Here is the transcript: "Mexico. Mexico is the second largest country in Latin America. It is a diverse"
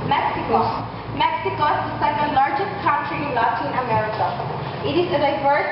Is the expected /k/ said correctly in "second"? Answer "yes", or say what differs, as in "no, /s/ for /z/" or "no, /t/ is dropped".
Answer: no, /k/ is dropped